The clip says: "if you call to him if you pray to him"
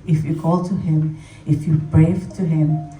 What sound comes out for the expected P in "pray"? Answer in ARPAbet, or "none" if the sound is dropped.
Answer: B